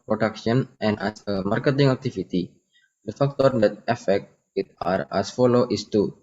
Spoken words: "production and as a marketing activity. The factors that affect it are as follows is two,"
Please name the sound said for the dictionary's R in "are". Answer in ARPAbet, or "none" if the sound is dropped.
R